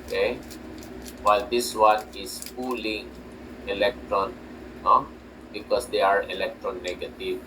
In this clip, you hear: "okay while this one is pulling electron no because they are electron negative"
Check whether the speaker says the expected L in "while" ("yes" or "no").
yes